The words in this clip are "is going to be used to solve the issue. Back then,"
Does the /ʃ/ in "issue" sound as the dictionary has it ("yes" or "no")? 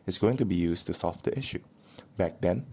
yes